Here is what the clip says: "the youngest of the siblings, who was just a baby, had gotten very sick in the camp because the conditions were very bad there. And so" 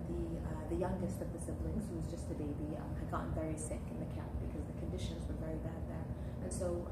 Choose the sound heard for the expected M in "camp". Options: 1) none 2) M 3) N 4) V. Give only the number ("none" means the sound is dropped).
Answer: 1